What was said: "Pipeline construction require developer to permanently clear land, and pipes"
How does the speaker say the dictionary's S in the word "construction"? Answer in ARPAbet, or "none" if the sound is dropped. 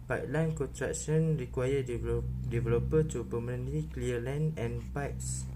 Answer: none